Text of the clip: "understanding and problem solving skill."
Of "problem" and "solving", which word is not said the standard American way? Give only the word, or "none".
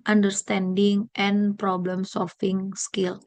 solving